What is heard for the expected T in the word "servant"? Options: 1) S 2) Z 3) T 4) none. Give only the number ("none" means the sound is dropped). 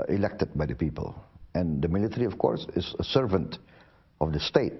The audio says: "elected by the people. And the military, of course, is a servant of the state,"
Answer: 3